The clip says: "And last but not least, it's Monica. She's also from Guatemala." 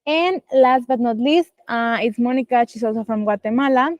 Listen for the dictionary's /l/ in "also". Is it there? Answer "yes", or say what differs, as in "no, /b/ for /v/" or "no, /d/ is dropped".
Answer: no, /l/ is dropped